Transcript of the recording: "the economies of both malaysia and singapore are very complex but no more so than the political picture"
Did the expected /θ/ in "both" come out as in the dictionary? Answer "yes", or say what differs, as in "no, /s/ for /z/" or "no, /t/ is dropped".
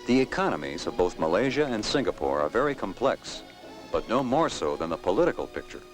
yes